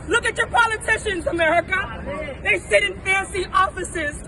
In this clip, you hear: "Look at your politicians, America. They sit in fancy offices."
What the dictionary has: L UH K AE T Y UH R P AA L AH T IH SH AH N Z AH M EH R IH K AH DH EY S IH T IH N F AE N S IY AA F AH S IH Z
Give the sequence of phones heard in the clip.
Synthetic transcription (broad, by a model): L UH K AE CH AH R P AA L AH T IH SH AH N Z AH M EH R IH K AH DH EY S IH T IH N F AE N S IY AA F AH S IH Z